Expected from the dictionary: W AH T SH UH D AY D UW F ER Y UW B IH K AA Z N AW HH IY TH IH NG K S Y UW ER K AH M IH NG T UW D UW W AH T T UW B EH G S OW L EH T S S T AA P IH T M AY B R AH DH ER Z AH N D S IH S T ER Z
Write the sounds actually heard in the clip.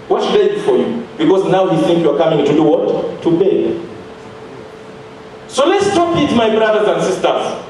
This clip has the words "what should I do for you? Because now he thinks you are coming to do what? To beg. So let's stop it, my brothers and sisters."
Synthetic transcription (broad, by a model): W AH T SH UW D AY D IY F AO Y UW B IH K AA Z N AW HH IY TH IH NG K Y UW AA K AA M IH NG T UW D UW W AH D T UW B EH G S OW L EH T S S T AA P IH T M AY B R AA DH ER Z AH N D S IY S T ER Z